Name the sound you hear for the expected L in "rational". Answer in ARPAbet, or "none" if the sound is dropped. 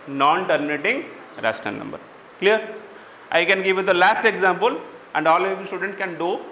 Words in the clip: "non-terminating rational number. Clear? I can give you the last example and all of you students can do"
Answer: N